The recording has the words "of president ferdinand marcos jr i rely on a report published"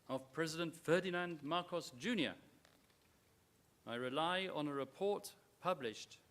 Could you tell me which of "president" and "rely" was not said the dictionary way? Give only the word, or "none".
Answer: none